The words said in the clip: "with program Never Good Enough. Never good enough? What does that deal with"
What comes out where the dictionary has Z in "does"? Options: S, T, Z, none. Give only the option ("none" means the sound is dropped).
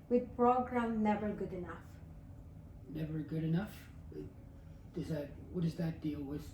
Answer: Z